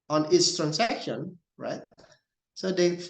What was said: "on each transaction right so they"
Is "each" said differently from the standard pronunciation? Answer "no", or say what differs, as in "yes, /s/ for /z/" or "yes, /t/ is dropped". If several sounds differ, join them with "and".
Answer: yes, /s/ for /tʃ/